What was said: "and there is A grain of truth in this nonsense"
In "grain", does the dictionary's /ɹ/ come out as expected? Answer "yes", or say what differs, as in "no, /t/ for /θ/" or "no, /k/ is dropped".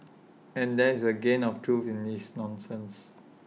no, /ɹ/ is dropped